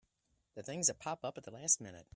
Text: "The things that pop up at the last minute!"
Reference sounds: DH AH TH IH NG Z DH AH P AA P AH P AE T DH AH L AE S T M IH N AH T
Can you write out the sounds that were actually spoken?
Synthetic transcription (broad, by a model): DH AH TH IH NG Z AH P AA P AH P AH T DH AH L AE S T M IH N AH T